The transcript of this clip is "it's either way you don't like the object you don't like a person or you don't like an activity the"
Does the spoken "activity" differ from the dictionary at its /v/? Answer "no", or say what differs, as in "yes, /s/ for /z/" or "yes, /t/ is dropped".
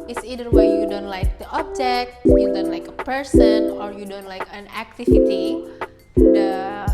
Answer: yes, /v/ is dropped